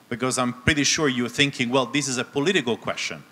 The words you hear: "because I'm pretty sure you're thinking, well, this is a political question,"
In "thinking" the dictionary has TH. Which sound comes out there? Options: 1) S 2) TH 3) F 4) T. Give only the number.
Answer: 2